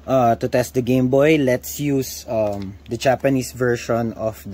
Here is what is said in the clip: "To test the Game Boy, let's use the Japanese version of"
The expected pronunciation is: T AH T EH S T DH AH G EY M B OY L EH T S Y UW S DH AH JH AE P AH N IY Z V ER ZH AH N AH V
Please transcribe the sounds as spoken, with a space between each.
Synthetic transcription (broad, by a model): T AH T EH S T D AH G EY M B OY L EH T S Y UW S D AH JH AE P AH N IY S V ER SH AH N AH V